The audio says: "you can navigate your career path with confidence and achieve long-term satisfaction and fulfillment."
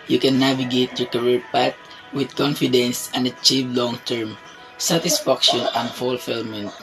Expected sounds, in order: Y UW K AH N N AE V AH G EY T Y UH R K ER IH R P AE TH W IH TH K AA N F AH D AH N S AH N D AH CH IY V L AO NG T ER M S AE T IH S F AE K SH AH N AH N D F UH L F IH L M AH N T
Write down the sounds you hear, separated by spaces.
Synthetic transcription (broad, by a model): Y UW K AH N N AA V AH G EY T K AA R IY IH R P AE T W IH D K AA N F AH D AH N S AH N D AH CH IY V L AO NG T ER M S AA T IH S F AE K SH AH N AH N D F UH L F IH L M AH N T